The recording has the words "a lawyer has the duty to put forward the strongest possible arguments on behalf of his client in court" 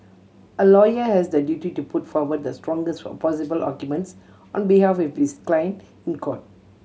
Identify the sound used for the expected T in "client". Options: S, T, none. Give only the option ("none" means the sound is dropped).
none